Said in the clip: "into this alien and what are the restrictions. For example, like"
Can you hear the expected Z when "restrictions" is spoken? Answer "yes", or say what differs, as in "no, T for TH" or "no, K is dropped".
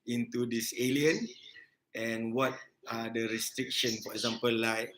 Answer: no, Z is dropped